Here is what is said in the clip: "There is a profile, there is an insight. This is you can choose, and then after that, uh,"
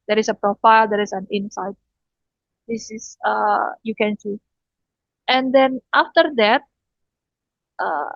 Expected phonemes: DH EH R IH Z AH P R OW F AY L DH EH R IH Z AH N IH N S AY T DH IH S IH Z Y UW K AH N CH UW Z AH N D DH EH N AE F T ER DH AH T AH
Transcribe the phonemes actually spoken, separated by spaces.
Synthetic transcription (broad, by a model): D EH R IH S AH P R OW F AY L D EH R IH S AH N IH N S AY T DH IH S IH S Y UW K AH N S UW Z AH N D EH N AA F T ER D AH T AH